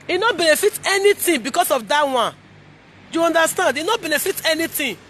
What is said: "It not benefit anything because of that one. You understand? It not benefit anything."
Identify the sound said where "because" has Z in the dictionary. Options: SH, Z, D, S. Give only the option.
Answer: S